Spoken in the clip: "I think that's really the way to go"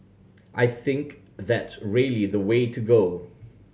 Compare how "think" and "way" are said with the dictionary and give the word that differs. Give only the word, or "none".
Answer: none